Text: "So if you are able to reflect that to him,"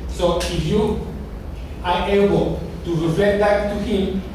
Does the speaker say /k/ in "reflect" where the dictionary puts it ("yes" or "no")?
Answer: no